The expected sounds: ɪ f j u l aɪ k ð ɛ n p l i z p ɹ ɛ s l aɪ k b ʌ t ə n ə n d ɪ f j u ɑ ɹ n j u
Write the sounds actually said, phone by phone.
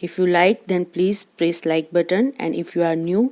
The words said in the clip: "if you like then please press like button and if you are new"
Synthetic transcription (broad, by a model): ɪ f j u l aɪ k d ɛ n p l i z p ɹ ɛ s l aɪ k b ʌ t ə n ə n d ɪ f j u ɑ ɹ n j u